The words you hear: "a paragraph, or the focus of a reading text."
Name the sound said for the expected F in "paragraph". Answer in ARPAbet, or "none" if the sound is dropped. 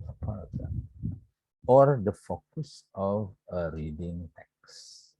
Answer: none